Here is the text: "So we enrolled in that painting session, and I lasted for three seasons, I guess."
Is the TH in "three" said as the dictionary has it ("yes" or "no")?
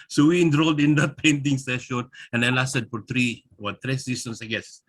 no